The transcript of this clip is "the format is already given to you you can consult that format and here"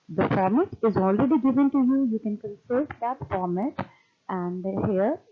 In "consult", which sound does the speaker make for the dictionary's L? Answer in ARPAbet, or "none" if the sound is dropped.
none